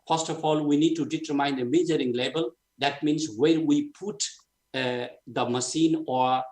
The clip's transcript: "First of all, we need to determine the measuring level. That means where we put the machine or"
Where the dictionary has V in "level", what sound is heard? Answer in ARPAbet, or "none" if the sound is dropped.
B